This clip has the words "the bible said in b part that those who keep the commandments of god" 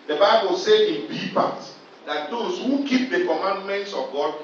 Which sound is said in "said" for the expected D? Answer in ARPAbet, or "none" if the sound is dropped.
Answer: none